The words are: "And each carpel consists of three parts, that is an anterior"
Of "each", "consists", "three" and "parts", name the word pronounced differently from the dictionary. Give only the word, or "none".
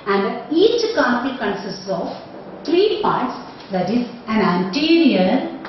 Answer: three